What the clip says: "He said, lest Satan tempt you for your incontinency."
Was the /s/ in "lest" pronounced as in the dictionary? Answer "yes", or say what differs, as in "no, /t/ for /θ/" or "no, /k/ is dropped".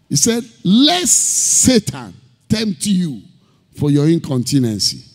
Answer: no, /s/ is dropped